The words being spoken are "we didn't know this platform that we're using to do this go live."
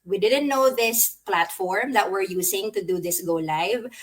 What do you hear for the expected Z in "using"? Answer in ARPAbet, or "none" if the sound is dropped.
S